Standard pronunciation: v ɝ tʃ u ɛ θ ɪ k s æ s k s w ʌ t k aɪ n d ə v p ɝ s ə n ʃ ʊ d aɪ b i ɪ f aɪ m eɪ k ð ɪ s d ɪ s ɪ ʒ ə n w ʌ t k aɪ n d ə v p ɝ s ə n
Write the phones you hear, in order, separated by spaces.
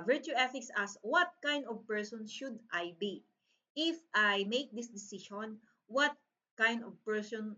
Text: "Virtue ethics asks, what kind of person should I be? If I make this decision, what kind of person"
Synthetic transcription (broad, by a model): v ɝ tʃ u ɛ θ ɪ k s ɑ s s w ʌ t k aɪ n d ə v p ɝ s ə n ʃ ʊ d aɪ b i ɪ f aɪ m eɪ k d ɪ s d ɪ s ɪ ʃ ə n w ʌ t k aɪ n d ə v p ɝ s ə n